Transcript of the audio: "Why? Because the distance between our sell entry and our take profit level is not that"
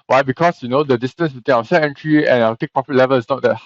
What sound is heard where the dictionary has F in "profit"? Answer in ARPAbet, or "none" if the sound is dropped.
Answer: P